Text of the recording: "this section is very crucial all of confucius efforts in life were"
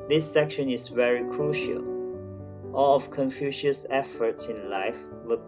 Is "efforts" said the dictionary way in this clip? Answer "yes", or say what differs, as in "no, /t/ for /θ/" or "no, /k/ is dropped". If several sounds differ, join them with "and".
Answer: yes